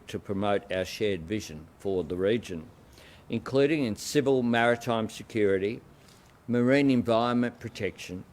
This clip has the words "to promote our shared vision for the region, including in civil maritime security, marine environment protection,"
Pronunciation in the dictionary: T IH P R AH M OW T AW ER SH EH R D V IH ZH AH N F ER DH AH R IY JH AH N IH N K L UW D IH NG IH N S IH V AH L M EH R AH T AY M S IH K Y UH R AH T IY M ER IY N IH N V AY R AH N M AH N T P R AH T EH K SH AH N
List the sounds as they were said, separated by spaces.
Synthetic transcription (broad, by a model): T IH P R AH M OW T AW ER SH EH R D V IH ZH AH N F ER DH AH R IY JH AH N IH N K L UW D IH NG IH N S IH V AH L M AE R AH T AY M S IH K Y UH R AH T IY M ER IY N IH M V AY R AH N M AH N P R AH T EH K SH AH N